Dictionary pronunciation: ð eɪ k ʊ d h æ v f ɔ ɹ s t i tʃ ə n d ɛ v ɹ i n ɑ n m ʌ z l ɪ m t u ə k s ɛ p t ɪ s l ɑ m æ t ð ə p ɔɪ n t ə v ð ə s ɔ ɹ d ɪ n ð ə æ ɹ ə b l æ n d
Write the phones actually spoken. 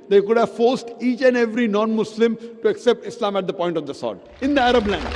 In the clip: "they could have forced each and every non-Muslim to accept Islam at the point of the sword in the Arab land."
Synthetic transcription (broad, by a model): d eɪ k ʊ d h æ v f ɔ ɹ s t i tʃ ə n d ɛ v ɹ i n ɑ n m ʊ s l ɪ m t u ə k s ɛ p t ɪ s l ɑ m æ t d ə p ɔɪ n t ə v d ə s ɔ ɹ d ɪ n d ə æ ɹ ə b l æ n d